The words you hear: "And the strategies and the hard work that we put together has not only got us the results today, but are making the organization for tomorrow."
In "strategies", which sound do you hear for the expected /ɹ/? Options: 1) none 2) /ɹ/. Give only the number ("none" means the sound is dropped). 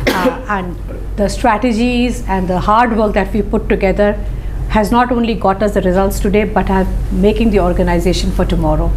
2